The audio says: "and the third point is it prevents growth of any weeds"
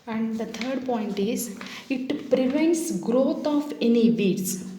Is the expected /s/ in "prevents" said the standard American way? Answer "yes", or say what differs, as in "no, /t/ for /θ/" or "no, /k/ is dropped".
yes